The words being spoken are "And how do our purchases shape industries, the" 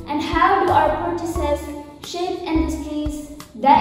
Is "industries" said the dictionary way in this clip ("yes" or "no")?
no